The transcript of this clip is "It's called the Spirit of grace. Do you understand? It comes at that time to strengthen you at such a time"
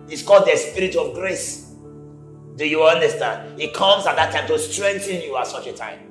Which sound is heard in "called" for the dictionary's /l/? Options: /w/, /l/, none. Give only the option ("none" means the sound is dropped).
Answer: none